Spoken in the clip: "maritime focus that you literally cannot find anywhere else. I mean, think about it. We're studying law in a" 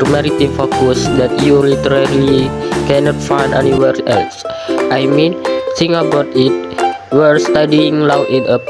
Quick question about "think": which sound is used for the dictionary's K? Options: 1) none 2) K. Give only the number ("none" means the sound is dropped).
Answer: 1